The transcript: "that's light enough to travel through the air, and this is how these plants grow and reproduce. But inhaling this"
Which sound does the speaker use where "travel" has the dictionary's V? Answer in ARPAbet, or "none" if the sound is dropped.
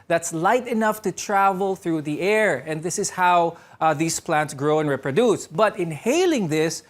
V